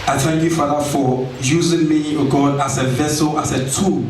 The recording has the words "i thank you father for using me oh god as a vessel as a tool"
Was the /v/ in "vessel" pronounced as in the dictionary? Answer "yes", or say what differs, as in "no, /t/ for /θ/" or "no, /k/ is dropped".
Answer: yes